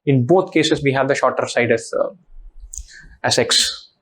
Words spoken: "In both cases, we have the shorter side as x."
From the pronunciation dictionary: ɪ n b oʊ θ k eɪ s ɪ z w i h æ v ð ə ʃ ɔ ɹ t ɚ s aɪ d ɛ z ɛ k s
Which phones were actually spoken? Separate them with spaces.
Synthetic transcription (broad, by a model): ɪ n b oʊ t k eɪ s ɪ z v i h æ v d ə ʃ ɔ ɹ t ɚ s aɪ d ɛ s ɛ k s